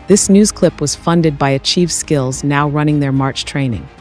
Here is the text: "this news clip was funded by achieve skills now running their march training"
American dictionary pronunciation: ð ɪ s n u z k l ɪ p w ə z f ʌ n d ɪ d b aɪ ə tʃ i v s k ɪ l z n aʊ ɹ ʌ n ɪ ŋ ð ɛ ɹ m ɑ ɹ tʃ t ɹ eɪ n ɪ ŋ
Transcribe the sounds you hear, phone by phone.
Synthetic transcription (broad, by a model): ð ɪ s n u z k l ɪ p w ə z f ʌ n d ɪ d b aɪ ə tʃ i v s k ɪ l z n aʊ ɹ ʌ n ɪ ŋ ð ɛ ɹ m ɑ ɹ tʃ t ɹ eɪ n ɪ ŋ